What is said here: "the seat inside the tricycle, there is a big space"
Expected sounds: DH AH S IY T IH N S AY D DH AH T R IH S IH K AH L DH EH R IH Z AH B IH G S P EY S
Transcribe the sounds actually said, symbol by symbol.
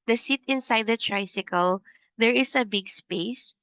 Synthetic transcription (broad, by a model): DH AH S IY T IH N S AY D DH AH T R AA S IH K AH L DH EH R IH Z AH B IH G S P EY S